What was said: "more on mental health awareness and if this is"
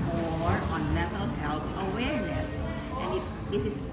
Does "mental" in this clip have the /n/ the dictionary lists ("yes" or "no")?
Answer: no